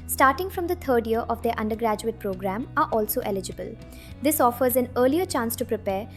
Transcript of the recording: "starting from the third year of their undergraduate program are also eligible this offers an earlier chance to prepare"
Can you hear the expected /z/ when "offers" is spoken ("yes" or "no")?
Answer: yes